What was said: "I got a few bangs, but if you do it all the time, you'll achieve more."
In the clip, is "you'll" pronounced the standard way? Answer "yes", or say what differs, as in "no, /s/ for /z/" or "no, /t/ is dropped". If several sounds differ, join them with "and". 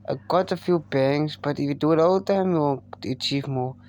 no, /n/ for /l/